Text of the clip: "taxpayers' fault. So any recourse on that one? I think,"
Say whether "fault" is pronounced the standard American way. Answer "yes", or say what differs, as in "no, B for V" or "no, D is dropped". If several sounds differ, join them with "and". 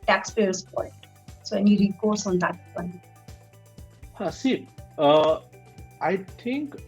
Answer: no, N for L